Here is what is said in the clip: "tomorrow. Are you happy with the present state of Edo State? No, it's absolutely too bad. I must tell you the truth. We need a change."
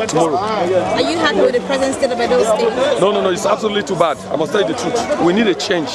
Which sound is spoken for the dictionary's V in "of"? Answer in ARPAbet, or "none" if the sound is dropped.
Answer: B